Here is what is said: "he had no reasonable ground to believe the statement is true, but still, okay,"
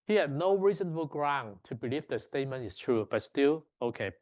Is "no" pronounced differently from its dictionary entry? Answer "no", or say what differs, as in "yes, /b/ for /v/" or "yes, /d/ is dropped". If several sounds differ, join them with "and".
no